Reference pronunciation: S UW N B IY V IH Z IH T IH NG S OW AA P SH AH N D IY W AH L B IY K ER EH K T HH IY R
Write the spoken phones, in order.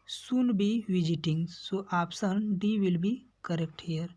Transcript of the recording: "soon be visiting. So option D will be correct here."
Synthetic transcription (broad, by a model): S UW N B IY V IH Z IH T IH NG S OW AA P S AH N D IY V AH L B IY K ER EH K T HH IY R